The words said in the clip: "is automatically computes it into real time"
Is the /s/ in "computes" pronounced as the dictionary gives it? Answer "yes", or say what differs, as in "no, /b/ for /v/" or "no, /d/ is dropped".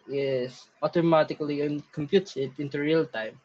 no, /s/ is dropped